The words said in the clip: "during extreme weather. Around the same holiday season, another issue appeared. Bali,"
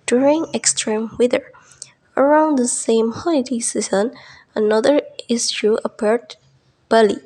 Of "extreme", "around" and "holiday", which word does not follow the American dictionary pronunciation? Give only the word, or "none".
holiday